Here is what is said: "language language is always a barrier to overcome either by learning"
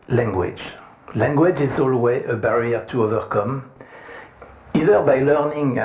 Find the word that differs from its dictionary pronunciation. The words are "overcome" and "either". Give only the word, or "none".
none